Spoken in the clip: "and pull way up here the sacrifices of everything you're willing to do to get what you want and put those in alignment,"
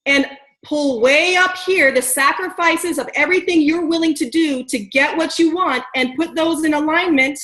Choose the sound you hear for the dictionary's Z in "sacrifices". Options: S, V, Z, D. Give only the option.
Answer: Z